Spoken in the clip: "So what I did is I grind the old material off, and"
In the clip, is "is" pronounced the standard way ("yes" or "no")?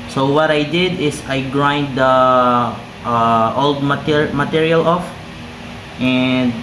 no